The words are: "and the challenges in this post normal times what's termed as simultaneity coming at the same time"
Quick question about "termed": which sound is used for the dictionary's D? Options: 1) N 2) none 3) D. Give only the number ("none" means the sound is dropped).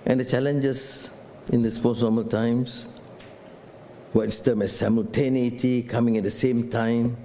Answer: 2